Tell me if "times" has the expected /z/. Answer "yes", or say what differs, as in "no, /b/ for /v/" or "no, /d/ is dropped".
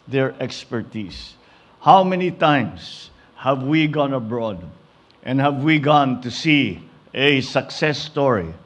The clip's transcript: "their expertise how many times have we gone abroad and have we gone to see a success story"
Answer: no, /s/ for /z/